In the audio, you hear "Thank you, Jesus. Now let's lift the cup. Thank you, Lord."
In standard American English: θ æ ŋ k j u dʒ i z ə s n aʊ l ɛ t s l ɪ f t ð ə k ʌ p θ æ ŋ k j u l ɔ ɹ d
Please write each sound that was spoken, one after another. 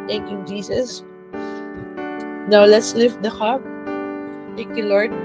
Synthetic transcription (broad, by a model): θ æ ŋ k j u dʒ i s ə s n aʊ l ɛ t s l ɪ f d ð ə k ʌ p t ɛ k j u l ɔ ɹ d